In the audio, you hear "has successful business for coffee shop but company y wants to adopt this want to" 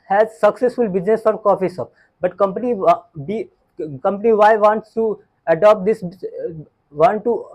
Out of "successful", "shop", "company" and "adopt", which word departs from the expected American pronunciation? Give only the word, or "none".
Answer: shop